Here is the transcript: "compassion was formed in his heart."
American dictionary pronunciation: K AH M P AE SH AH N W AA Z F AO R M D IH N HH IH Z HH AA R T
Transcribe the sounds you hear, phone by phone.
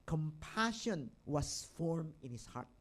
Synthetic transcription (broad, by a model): K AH M P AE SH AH N W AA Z F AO R M IH N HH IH S HH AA R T